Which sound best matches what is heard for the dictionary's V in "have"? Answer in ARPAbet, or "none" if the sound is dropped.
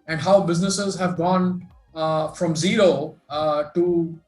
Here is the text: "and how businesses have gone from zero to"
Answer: V